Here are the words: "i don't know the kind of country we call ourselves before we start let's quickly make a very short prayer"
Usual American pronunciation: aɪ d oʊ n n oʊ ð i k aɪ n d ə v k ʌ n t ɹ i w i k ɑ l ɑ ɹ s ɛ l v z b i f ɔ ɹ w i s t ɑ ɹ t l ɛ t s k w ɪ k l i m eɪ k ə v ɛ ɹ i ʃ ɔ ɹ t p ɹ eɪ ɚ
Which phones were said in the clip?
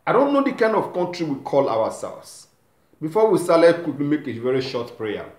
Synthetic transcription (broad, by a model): aɪ d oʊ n n oʊ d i k aɪ n d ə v k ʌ n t ɹ i w i k ɑ l ɑ w s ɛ l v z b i f ɔ w i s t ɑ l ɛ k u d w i m eɪ k ə v ɛ ɹ i ʃ ɔ t p ɹ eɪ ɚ